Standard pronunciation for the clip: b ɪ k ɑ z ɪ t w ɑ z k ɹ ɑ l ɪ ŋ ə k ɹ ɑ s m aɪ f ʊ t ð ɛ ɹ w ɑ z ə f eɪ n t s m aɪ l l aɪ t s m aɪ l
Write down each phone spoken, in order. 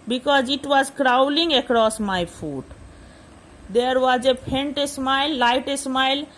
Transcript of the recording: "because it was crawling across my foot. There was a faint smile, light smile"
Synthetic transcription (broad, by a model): b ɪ k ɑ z ɪ t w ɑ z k ɹ ɑ l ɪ ŋ ə k ɹ ɑ s m aɪ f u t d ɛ ɹ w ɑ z ə p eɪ n t s m aɪ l l aɪ t s m aɪ l